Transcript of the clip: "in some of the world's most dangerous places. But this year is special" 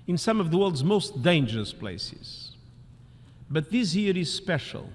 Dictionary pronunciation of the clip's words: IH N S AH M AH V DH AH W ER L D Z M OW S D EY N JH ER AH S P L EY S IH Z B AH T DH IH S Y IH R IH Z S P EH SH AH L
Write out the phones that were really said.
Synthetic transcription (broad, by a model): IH N S AH M AH V DH AH W ER L D Z M OW S D EY N JH ER AH S P L EY S IH Z B AH T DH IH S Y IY R IH Z S P EH SH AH L